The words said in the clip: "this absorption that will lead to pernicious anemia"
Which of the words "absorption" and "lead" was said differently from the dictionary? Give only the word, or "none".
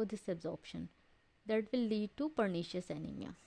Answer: none